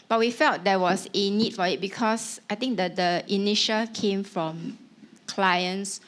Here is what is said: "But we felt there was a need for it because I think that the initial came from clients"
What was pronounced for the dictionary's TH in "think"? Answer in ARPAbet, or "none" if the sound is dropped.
T